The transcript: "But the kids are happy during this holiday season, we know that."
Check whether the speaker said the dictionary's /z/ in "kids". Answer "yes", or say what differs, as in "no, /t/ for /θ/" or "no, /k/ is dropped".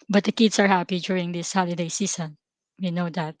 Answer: no, /s/ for /z/